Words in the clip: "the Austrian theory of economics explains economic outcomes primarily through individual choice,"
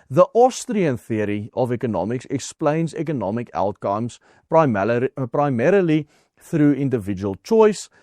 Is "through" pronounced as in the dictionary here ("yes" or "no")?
yes